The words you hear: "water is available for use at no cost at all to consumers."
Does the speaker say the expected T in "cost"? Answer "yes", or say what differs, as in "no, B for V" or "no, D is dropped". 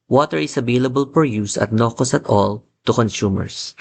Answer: no, T is dropped